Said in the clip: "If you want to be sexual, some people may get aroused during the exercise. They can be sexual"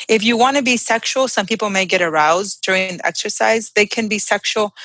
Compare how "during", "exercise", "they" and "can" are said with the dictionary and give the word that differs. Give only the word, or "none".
none